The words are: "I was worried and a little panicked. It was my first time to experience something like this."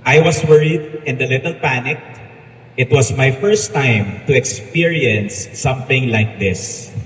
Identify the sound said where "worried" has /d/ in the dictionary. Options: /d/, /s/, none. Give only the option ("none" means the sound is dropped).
/d/